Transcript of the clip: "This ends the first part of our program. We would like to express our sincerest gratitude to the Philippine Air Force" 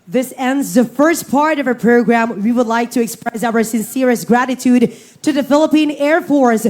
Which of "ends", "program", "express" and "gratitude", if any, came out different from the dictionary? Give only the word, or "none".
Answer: none